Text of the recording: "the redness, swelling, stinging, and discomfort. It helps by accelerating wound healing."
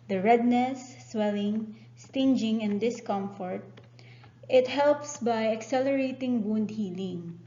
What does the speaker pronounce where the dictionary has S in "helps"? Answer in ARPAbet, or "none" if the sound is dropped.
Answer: S